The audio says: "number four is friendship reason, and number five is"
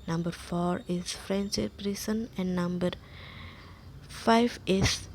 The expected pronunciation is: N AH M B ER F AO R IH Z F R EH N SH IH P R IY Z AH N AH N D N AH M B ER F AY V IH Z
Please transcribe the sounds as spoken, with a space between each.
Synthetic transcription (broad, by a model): N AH M B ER F AO R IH S F R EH N S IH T R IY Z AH N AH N N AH M B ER F AY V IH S